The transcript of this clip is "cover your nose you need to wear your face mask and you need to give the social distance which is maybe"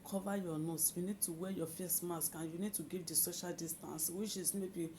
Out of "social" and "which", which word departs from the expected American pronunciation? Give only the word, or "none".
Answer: which